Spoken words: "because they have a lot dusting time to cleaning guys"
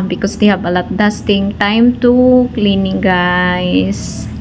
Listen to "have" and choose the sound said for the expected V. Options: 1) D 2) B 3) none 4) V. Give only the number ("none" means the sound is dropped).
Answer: 2